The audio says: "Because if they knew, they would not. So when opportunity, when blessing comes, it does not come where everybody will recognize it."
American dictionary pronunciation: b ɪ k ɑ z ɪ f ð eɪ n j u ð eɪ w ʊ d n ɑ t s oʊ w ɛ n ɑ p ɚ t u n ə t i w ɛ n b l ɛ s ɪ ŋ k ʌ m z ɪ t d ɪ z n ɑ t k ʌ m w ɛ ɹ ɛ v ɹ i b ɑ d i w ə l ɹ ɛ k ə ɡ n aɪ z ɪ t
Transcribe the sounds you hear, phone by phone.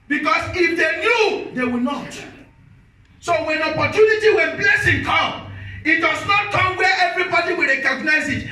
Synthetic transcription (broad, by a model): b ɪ k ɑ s ɪ f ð eɪ n j u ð eɪ w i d n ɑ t s oʊ w ɛ n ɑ p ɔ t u n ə t i w ɛ n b l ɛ s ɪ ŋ k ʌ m ɪ t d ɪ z n ɑ t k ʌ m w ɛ ɛ v ɹ i b ɑ d i w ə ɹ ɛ k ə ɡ n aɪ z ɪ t